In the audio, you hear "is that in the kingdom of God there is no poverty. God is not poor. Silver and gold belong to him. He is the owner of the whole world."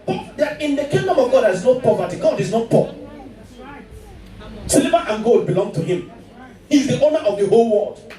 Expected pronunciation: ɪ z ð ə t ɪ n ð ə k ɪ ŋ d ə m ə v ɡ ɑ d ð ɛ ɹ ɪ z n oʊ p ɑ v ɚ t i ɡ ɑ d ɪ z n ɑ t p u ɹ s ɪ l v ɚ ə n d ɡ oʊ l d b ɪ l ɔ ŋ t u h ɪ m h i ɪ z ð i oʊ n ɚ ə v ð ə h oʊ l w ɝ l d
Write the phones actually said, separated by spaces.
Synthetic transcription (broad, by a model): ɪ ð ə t ɪ n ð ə k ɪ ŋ d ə m ə v ɡ ɑ d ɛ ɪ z n oʊ p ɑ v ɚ t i ɡ ɑ d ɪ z n ɑ t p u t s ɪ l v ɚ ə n ɡ oʊ d b ɪ l ɔ ŋ t u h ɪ m h i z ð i oʊ n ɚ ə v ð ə h oʊ l w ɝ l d